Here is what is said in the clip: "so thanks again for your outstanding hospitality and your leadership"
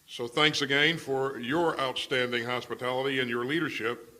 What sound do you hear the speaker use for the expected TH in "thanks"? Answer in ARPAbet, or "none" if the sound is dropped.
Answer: TH